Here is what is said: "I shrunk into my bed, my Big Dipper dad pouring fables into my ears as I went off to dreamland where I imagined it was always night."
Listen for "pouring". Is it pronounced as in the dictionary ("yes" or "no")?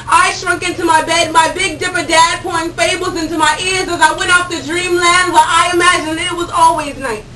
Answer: no